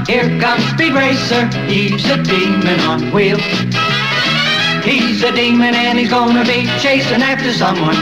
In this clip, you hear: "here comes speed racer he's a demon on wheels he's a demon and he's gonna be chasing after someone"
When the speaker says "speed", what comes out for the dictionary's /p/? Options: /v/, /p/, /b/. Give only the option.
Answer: /b/